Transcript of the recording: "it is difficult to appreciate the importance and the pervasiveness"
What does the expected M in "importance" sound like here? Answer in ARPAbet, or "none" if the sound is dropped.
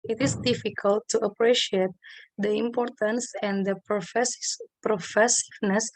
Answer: M